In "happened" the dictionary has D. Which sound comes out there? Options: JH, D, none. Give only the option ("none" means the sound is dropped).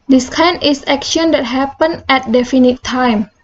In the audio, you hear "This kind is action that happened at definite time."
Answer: none